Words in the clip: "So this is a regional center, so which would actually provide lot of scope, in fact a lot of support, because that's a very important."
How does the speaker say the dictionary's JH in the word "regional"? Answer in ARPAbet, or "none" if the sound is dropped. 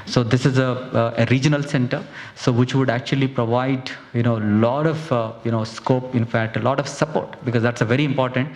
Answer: JH